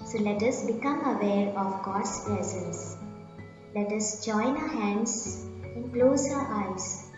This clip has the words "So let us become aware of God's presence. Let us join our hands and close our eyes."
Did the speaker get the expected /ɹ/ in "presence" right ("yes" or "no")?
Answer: no